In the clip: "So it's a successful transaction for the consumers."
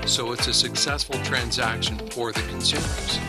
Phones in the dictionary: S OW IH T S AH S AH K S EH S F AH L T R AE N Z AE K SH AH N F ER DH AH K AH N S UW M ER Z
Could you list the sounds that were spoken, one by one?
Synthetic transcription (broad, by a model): S OW IH T S AH S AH K S EH S F L T R AE N Z AE K SH AH N F ER DH AH K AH N S UW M ER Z